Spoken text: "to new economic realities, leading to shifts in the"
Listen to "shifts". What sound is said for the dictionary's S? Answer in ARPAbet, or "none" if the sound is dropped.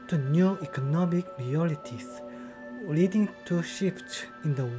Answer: none